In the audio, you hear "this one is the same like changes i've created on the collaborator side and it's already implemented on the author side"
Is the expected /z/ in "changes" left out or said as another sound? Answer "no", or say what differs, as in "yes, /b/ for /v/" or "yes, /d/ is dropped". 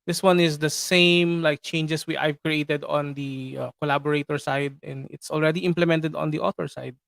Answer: yes, /s/ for /z/